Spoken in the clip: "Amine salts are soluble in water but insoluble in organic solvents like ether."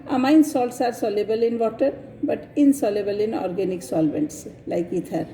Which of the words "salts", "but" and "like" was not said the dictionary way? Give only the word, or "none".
none